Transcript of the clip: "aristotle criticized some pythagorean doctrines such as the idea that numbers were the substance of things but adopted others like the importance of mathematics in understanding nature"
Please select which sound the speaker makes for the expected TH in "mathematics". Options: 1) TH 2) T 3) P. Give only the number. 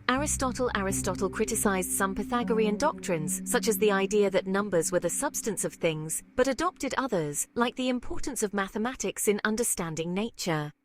1